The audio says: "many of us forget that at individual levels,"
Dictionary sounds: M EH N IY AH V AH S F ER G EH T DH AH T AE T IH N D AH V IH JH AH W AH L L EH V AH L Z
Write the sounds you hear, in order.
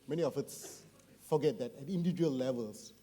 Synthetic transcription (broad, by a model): M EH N IY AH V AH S F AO G EH T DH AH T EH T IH N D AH IH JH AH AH L L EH V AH L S